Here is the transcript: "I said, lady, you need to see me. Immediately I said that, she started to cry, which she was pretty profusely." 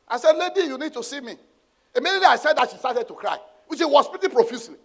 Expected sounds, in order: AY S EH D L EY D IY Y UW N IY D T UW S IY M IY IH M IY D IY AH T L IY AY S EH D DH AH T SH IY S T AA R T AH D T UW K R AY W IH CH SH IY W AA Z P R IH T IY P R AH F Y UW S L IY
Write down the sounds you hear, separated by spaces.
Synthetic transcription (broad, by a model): AY S EH D L EY D IY Y UW N IY D T UW S IY M IY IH M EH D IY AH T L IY AY S EH D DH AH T SH IY S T AA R T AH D T UW K R AY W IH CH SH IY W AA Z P IH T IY P R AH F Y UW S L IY